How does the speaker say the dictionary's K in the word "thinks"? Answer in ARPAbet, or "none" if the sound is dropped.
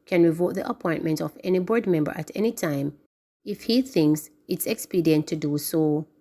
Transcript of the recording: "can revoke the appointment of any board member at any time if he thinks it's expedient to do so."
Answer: K